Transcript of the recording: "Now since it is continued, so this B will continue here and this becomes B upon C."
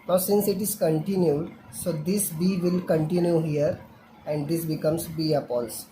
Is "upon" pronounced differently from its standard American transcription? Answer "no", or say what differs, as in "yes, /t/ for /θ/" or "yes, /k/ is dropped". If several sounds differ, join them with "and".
yes, /l/ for /n/